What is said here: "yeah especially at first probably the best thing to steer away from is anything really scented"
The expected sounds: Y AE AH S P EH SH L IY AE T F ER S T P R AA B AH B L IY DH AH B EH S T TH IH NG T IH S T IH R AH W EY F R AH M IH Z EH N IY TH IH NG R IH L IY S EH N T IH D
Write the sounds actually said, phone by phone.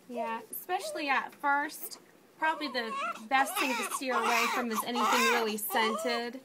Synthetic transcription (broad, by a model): Y AE AH S P EH SH L IY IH T F ER S T P R AA B AH B L IY DH AH B EH S T TH IH NG T IH S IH R AH W EY F R AH M IH Z EH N IY TH IH NG R IH L IY S EH N T IH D